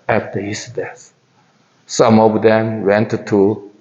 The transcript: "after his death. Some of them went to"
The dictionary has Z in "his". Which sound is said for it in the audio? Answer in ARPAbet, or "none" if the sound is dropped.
S